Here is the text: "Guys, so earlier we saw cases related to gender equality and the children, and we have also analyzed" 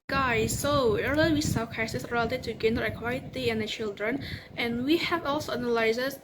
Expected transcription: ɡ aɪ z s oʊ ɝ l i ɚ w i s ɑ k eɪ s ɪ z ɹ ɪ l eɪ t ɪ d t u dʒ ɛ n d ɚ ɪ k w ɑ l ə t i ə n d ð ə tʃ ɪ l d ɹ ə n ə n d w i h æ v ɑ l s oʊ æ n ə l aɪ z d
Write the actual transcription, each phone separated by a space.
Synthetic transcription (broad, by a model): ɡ aɪ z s oʊ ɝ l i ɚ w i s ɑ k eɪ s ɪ s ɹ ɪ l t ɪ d t u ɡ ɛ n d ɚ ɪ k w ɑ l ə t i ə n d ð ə tʃ ɪ l d ɹ ə n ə n w i h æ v ɑ l s oʊ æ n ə l aɪ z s